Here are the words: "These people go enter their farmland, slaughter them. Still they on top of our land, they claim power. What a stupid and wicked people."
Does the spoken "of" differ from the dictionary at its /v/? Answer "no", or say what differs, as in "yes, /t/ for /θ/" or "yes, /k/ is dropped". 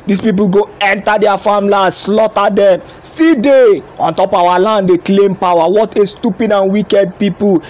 yes, /w/ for /v/